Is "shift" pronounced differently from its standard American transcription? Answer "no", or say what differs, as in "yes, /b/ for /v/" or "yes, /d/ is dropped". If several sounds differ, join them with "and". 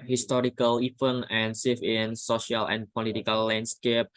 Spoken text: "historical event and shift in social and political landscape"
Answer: yes, /t/ is dropped